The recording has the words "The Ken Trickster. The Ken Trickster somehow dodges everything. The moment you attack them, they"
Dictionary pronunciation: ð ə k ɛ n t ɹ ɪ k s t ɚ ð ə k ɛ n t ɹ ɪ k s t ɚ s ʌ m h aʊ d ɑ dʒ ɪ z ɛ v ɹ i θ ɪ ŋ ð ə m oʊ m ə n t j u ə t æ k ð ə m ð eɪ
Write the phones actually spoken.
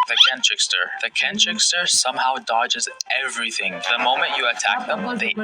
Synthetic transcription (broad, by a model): ð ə k ɛ n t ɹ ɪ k s t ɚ ð ə k ɛ n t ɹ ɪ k s t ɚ s ʌ m h aʊ d ɑ dʒ ɪ z ɛ v ɹ i θ ɪ ŋ ð ə m oʊ m ə n t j ə t æ k ð ə m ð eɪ